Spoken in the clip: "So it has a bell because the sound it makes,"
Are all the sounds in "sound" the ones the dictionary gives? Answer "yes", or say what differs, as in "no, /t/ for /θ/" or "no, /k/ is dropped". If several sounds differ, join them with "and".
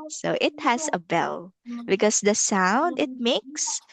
yes